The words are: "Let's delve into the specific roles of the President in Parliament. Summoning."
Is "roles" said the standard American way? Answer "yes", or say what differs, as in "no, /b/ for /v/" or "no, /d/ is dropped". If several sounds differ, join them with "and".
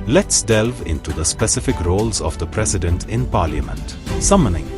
yes